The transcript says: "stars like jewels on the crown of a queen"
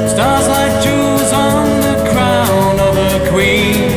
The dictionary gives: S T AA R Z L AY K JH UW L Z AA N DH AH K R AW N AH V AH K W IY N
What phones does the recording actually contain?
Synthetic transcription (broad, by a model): S T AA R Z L AY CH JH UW Z N DH AH K R AW N AH V AH K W IY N